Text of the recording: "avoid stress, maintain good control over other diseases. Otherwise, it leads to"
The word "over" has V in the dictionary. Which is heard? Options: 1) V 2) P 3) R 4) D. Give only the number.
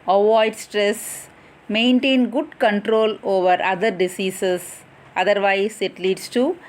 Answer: 1